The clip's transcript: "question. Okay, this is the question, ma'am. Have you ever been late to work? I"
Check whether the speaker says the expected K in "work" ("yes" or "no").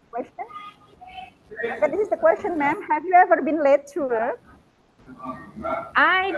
no